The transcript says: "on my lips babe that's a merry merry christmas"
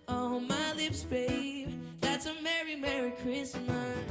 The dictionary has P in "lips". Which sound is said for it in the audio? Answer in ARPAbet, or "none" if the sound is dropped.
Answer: P